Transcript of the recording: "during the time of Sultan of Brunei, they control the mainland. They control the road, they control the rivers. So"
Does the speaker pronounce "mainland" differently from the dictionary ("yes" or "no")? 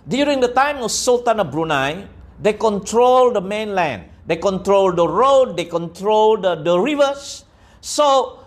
no